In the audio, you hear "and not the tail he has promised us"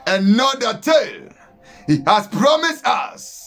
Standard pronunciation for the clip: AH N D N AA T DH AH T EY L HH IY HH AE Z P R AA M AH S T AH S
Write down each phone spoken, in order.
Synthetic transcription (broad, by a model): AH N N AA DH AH T EY L HH IY HH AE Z P R AA M AH S T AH S